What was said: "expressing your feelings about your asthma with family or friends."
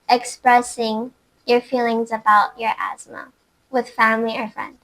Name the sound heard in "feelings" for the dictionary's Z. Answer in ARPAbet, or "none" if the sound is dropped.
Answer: Z